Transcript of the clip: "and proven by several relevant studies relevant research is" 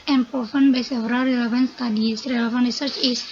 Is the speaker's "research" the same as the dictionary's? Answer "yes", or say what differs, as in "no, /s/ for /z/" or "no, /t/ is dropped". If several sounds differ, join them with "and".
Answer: yes